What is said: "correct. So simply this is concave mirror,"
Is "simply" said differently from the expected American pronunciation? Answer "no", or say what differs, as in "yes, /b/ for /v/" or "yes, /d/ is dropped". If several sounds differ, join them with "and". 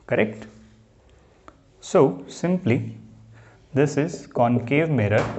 no